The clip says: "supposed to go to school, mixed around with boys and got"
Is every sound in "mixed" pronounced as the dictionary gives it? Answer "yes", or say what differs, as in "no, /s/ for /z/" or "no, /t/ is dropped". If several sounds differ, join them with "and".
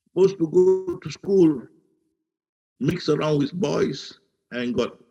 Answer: no, /t/ is dropped